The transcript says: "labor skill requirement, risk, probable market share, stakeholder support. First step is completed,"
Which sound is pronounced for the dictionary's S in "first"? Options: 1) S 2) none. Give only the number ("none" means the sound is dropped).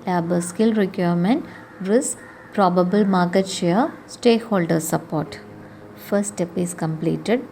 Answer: 2